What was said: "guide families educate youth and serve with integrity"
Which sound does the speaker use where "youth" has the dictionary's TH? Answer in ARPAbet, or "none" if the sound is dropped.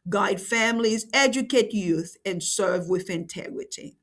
TH